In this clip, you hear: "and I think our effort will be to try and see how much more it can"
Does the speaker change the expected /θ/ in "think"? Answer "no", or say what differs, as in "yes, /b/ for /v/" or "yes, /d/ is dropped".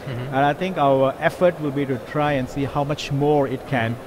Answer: yes, /t/ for /θ/